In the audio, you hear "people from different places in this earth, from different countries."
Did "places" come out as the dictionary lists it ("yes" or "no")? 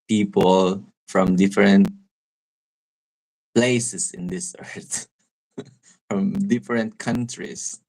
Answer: no